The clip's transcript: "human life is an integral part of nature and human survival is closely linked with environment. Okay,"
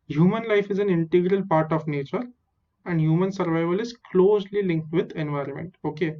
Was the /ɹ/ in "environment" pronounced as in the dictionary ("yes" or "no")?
yes